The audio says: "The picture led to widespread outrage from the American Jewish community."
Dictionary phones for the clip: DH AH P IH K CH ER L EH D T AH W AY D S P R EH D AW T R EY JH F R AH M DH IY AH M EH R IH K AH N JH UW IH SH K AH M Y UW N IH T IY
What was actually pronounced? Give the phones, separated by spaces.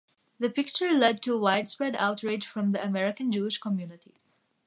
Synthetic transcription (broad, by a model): DH AH P IH K CH ER L EH D T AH W AY D S P R EH D AW T R EY JH F R AH M DH IY AH M EH R IH K AH N JH UW IH SH K AH M Y UW N IH T IY